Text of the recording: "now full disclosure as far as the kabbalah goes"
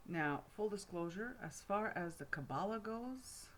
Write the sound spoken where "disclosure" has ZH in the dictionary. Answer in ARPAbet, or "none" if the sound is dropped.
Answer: ZH